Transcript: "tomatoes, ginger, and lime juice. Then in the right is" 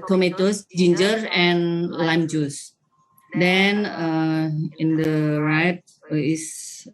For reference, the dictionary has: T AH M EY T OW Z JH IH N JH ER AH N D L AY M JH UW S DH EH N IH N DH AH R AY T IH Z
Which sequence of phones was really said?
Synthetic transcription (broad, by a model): T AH M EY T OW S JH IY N JH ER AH N L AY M JH UW S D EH N IH N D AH R AY T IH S